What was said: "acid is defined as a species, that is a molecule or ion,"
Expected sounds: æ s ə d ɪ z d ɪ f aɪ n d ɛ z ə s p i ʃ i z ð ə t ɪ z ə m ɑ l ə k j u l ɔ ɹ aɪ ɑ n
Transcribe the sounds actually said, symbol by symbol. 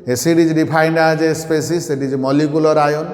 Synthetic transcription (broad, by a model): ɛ s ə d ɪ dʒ d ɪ p aɪ n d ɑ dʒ ə s p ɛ s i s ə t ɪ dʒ m ɑ l ə k j u l ɔ ɹ aɪ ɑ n